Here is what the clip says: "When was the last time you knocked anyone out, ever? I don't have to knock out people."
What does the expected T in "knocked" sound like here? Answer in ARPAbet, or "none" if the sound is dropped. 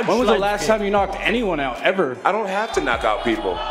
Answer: T